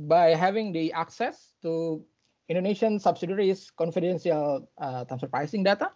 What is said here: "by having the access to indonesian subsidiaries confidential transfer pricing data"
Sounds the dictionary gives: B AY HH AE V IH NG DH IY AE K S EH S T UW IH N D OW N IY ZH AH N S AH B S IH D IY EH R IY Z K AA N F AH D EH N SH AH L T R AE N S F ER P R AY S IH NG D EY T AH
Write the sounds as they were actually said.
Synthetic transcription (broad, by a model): B AY HH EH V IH NG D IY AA K S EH S T UW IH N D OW N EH SH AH N S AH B S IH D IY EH R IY S K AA N F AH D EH N S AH L T AE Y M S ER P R AY S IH NG D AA T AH